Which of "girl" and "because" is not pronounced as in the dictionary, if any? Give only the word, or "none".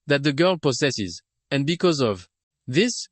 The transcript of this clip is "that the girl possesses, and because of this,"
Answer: none